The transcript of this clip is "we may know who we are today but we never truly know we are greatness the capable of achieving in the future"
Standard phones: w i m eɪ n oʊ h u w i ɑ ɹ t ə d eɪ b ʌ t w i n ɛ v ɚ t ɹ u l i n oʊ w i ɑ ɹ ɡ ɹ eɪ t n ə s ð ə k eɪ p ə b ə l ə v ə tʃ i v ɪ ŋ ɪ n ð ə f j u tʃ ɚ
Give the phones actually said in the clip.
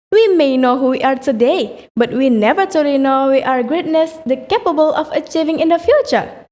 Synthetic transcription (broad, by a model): w i m eɪ n oʊ h u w i ɑ ɹ t ə d eɪ b ʌ t w i n ɛ v ɚ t u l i n oʊ w i ɑ ɹ ɡ ɹ eɪ t n ə s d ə k eɪ p ə b ə l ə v ə tʃ i v ɪ ŋ ɪ n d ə f j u tʃ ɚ